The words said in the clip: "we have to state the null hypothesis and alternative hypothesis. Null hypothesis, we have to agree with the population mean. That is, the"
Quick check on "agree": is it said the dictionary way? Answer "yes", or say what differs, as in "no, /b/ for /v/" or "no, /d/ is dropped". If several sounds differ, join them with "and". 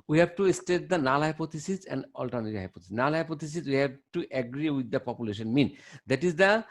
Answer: yes